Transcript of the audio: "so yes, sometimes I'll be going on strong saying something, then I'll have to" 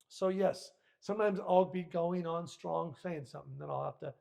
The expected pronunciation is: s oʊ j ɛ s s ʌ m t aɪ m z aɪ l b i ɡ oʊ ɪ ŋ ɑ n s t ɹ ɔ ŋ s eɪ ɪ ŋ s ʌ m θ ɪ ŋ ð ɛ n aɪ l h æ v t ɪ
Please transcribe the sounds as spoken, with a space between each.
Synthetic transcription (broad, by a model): s oʊ j ɛ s s ʌ m t aɪ m z aɪ l b i ɡ oʊ ɪ ŋ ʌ n s t ɹ ɔ ŋ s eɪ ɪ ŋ s ʌ m θ ɪ ŋ ð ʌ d aɪ l h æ f t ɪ